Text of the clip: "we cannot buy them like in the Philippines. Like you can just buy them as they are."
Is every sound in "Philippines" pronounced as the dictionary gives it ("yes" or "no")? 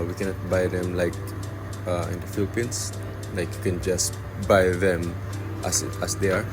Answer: no